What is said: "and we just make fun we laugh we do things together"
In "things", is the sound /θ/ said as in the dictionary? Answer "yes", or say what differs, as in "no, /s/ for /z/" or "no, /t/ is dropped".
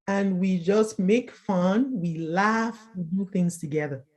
yes